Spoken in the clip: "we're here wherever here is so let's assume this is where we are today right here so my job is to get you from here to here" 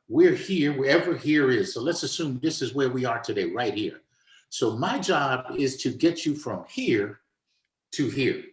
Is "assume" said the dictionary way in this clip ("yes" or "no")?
yes